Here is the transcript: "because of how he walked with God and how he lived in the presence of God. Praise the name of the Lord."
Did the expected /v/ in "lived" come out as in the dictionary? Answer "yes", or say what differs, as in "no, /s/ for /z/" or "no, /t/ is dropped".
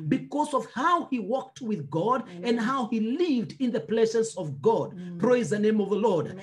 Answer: yes